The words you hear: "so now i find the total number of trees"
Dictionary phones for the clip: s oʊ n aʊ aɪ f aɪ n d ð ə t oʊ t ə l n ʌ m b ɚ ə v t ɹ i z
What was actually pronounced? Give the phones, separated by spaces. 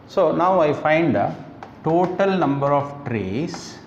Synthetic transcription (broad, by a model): s oʊ n aʊ aɪ f aɪ n d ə t oʊ t ə l n ʌ m b ɚ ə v t ɹ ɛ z